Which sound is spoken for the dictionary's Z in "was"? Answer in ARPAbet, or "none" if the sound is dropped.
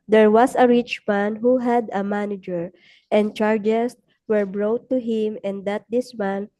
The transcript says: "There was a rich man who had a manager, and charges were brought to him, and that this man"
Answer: S